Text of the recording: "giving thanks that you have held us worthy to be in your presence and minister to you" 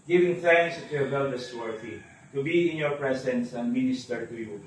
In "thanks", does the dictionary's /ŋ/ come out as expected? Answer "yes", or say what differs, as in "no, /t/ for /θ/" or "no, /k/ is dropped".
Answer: yes